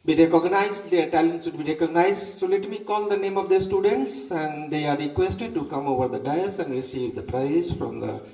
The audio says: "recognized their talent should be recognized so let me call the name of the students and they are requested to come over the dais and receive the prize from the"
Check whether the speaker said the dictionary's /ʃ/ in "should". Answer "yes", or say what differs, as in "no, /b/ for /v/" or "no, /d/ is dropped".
no, /s/ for /ʃ/